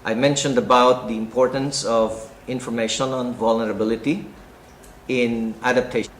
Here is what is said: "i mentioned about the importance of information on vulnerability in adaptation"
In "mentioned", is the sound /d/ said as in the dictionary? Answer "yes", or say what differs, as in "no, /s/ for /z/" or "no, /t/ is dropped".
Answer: yes